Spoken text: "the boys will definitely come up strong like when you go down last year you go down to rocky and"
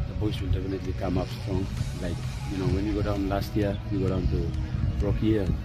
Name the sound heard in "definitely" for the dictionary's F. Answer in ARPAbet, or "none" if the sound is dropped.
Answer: P